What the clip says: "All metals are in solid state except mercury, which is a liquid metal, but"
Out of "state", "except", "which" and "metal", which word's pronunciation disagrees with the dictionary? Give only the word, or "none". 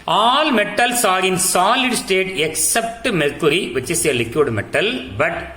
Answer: which